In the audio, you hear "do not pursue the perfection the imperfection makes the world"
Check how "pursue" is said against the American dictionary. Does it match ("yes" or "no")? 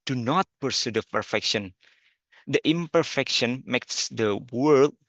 yes